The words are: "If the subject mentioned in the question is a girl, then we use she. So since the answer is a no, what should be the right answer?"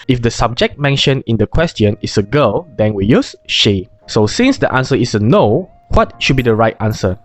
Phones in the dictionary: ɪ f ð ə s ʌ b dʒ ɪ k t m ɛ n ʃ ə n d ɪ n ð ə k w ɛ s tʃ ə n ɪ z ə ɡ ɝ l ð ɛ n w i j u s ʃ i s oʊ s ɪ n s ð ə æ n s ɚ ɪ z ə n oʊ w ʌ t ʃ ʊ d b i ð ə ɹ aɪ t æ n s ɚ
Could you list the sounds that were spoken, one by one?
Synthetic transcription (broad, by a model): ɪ f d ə s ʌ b dʒ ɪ k t m ɛ n ʃ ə n ɪ n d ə k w ɛ s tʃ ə n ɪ s ə ɡ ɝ l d ɛ n w i j u s ʃ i s oʊ s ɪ n s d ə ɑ n s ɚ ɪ s ə n oʊ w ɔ t ʃ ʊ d b i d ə ɹ aɪ t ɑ n s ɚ